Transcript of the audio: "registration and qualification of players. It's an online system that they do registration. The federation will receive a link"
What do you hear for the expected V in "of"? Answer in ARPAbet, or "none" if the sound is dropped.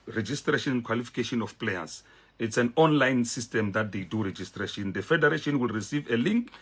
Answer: F